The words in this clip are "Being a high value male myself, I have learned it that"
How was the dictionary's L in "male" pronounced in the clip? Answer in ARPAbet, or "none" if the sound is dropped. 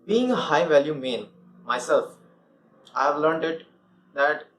N